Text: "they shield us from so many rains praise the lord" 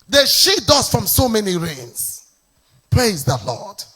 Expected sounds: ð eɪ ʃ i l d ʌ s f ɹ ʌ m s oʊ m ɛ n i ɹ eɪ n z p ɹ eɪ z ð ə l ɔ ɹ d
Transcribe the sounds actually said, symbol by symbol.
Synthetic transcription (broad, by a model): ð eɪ ʃ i d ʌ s f ɹ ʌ m s oʊ m ɛ n i ɹ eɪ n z p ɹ eɪ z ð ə l ɔ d